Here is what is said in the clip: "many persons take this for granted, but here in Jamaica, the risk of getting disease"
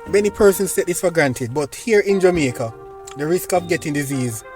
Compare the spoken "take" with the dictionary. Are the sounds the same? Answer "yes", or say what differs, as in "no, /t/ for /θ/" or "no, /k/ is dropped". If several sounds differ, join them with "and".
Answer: no, /s/ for /t/